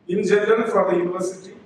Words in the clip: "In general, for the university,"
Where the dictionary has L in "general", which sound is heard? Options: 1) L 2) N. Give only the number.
2